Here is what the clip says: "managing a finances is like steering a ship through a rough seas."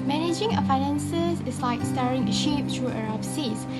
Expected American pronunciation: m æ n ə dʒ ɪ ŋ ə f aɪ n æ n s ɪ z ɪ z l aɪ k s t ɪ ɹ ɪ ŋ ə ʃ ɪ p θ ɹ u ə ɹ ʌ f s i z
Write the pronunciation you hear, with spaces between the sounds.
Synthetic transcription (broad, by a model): m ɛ n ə dʒ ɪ ŋ ə f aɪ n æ n s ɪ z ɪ s l aɪ k s t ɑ ɹ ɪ ŋ ə ʃ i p t ɹ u ə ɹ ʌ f s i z